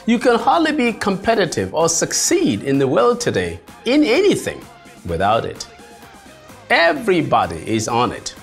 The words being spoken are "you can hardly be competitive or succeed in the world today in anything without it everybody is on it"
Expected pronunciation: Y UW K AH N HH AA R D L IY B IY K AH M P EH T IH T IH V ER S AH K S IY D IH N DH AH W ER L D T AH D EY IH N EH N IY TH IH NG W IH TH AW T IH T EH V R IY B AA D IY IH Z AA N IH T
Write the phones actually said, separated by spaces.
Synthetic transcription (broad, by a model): Y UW K AH N HH AA R D L IY B IY K AH M P EH T IH T IH V ER S AH K S IY D IH N DH AH W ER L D T AH D EY IH N EH N IY TH IH NG W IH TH AW T IH T EH V R IY B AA D IY IH Z N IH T